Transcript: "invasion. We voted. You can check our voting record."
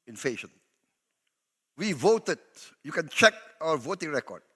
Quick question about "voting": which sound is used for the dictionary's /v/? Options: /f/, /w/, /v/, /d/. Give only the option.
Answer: /v/